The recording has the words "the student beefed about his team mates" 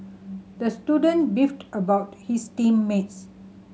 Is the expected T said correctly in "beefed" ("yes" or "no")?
yes